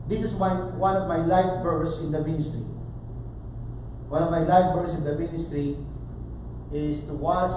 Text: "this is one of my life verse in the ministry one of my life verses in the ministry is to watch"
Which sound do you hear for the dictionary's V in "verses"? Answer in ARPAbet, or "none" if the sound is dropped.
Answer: B